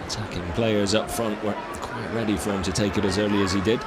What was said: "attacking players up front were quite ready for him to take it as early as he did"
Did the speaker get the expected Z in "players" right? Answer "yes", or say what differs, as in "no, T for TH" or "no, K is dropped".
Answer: yes